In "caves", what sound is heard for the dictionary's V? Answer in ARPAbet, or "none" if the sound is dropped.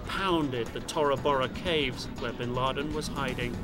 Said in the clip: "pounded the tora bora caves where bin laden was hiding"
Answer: V